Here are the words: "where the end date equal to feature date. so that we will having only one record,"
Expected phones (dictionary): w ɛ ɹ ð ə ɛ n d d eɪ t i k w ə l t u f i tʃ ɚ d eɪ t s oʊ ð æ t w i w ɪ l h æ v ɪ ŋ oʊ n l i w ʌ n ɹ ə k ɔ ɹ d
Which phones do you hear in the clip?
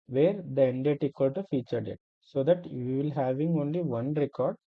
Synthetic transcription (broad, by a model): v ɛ ɹ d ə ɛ n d d eɪ t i k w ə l t u f i tʃ ɚ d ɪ t s oʊ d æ t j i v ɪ l h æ v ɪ ŋ oʊ n l i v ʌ n ɹ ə k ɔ ɹ d